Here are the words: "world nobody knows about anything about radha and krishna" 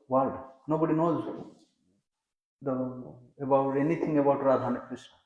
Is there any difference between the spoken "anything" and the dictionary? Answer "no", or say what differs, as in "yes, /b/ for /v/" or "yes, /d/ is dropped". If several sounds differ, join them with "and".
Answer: yes, /t/ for /θ/